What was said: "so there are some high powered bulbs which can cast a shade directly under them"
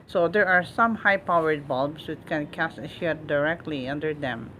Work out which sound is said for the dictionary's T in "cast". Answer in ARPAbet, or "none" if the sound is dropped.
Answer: none